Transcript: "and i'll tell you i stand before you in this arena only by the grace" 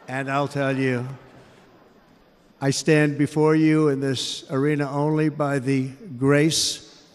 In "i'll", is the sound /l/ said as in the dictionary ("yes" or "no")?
yes